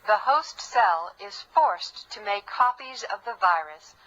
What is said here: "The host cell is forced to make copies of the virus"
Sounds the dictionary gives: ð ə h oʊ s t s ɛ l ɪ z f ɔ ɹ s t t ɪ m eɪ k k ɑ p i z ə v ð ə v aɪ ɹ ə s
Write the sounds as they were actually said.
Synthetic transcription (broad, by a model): ð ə h oʊ s t s ɛ l ɪ z f ɔ ɹ s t t ɪ m eɪ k k ɑ p i z ə v ð ə v aɪ ɹ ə s